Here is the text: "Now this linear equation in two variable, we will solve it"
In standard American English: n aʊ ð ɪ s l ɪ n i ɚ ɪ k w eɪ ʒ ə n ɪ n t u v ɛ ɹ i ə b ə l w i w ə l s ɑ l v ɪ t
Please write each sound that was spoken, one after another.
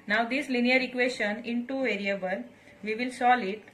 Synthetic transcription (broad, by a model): n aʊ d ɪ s l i n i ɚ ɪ k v eɪ ʃ ə n ɪ n t u v ɛ ɹ i ə b ə l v i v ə l s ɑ l ɪ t